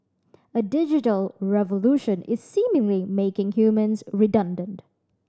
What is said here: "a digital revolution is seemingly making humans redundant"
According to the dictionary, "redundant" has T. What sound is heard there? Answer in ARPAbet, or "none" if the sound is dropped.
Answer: T